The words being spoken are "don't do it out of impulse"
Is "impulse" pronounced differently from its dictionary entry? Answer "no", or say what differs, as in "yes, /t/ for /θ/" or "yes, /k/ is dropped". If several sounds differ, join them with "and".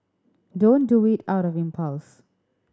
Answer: no